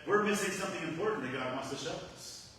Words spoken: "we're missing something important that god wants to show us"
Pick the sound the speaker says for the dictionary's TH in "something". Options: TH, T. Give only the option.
TH